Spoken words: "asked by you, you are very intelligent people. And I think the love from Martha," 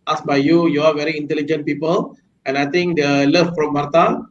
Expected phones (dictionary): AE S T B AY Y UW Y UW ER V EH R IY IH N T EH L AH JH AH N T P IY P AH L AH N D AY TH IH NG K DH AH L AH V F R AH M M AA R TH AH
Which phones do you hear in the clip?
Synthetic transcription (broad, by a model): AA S B AY Y UW Y UW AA V EH R IY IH N T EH L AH JH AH N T P IY P AH L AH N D AY T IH NG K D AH L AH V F R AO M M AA R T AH